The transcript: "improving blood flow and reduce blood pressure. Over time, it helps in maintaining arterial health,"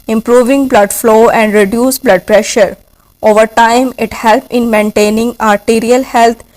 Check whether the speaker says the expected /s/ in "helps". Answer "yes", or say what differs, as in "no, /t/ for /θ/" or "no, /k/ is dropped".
no, /s/ is dropped